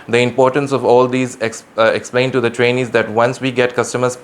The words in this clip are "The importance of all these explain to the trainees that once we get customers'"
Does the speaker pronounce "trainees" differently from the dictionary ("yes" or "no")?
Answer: no